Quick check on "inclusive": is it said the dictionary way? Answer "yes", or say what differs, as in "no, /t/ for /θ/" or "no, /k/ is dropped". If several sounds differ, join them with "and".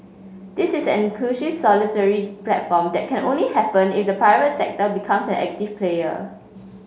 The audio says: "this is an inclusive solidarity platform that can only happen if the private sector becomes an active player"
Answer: no, /ʃ/ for /s/